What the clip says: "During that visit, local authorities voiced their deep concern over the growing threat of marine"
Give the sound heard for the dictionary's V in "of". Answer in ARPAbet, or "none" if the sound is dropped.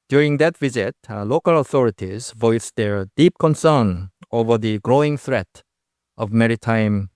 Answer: V